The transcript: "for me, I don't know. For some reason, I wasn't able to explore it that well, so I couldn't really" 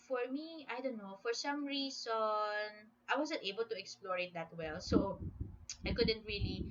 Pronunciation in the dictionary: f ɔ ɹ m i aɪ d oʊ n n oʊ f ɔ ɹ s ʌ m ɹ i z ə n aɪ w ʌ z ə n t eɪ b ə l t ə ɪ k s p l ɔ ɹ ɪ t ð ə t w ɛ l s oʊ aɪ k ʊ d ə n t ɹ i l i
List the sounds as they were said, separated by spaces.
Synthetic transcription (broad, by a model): f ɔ ɹ m i aɪ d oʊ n n oʊ f ɔ ɹ s ʌ m ɹ i s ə n aɪ w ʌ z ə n t eɪ b ə l t ə ɪ k s p l ɔ ɹ ɪ t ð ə t w ɛ l s oʊ aɪ k ʊ d ə n t ɹ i l i